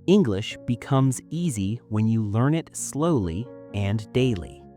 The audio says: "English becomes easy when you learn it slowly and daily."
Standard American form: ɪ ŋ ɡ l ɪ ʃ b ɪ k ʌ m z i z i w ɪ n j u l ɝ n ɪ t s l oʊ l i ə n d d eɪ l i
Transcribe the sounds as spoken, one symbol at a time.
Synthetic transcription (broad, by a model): ɪ ŋ ɡ l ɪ ʃ b ɪ k ʌ m z i z i w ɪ n j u l ɝ n ɪ t s l oʊ l i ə n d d eɪ l i